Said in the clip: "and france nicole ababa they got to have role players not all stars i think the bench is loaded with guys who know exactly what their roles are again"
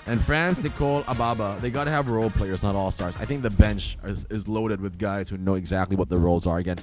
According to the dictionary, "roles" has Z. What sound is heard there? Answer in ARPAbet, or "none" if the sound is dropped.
Z